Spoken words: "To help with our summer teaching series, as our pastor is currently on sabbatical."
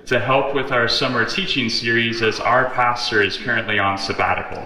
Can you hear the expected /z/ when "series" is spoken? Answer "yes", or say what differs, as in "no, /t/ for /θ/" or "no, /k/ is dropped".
yes